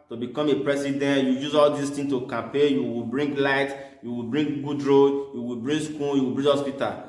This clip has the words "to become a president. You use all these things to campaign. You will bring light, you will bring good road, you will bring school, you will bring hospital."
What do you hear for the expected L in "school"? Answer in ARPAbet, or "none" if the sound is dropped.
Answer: N